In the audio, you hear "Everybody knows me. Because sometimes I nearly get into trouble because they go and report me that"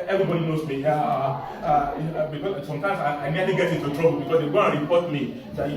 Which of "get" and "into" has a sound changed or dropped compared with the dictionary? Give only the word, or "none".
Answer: into